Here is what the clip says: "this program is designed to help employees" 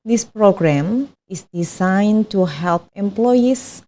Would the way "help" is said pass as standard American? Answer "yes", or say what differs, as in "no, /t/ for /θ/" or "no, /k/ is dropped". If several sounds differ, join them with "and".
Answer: yes